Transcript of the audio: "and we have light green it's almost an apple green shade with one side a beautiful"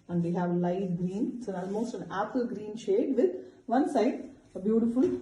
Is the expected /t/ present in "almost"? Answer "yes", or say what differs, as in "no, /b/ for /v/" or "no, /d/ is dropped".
yes